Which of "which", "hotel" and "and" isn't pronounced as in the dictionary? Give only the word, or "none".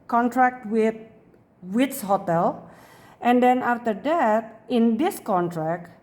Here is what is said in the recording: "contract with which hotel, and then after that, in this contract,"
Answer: which